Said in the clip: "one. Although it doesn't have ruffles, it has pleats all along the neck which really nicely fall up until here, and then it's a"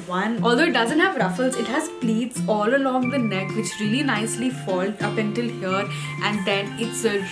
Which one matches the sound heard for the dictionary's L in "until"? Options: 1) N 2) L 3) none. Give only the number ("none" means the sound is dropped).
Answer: 2